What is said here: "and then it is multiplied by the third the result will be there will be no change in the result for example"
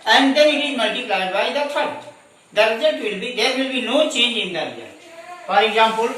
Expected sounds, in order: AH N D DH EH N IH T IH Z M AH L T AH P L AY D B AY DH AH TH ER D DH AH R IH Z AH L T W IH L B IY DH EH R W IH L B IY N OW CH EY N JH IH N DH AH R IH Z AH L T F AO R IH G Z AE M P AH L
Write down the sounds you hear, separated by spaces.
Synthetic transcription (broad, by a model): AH N D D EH N IH T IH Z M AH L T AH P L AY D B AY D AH F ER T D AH R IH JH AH T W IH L B IY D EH R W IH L B IY N OW CH EY N JH IH N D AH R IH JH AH T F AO R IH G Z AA M P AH L